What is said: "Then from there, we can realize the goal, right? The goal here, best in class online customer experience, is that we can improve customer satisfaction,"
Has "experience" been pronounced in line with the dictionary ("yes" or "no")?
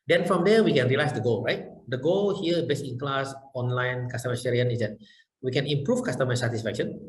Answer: no